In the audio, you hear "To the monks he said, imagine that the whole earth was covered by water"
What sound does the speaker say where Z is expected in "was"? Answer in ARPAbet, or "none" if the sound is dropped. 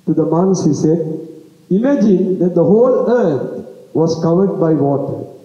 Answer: S